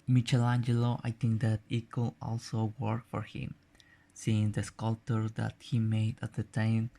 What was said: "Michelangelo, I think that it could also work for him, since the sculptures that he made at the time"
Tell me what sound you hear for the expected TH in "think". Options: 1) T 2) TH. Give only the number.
1